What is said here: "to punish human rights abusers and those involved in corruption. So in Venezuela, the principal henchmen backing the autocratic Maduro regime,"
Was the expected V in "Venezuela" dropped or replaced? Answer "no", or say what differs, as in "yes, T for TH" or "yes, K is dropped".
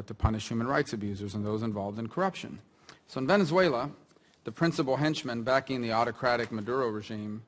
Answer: no